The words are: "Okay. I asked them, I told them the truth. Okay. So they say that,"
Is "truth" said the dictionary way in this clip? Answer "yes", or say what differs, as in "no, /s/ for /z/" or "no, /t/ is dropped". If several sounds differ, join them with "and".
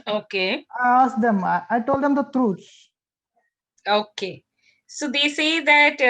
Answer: no, /s/ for /θ/